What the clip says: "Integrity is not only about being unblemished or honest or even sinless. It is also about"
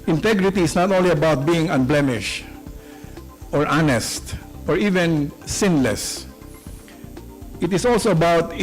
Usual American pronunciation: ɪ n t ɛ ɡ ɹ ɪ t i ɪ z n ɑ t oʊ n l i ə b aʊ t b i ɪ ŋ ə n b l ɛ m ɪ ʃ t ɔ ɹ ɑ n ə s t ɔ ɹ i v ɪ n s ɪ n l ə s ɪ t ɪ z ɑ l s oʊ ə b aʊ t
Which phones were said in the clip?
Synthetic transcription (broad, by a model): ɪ n t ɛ ɡ ɹ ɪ t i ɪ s n ɑ t oʊ n l i ə b aʊ t b i ɪ ŋ ə n b l ɛ m ɪ ʃ t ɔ ɹ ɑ n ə s t ɔ ɹ i v ɪ n s ɪ n l ə s ɪ t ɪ s ɑ l s oʊ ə b aʊ t